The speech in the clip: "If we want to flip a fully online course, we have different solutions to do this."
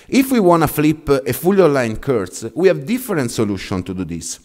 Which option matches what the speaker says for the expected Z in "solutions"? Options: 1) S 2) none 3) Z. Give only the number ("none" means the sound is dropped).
2